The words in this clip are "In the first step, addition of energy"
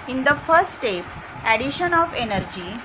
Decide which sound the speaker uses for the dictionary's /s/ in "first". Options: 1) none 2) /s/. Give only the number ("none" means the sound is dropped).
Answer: 1